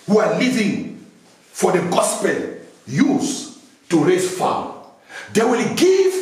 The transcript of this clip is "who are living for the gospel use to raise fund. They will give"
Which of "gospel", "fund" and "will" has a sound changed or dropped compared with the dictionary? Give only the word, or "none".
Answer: fund